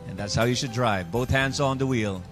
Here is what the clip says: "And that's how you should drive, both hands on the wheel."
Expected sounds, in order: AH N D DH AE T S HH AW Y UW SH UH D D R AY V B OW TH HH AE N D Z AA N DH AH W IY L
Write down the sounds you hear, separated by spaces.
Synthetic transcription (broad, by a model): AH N DH AE T S HH AW Y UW SH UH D D R AY V B OW TH HH AE N D Z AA N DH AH W IY L